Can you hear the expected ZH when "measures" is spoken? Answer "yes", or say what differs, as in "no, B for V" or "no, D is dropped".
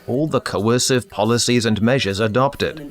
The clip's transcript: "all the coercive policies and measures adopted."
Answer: yes